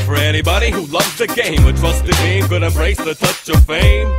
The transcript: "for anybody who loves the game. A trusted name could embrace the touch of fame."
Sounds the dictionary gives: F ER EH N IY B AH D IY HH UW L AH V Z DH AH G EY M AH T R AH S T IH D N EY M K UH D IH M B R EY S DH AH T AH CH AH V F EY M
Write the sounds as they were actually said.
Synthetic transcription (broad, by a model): F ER EH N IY B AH D IY HH UW L AH V Z DH AH G EY M AH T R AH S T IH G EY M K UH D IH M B R EY S DH AH T AH CH AH V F EY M